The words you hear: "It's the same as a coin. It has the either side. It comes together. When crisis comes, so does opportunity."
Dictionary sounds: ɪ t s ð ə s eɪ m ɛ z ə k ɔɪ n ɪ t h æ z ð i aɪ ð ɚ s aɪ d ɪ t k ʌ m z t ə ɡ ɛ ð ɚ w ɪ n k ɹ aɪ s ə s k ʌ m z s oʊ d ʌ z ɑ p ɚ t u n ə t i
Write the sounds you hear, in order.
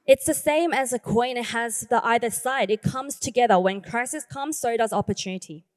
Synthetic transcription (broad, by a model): ɪ t s ð ə s eɪ m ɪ z ə k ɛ ɪ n h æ z ð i aɪ ð ɚ s aɪ d ɪ t k ʌ m z t ə ɡ ɛ ð ɚ w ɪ n k ɹ aɪ s ə s k ʌ m z s oʊ d ʌ z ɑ p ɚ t u n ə t i